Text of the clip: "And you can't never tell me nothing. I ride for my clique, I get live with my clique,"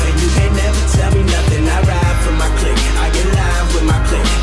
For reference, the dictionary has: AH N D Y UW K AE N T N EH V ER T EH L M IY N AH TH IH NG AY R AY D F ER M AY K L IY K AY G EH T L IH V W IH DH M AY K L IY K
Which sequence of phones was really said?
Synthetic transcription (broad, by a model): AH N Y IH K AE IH N EH V ER T EH L M IY N AH TH IH NG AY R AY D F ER M AY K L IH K AY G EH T L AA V W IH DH M AY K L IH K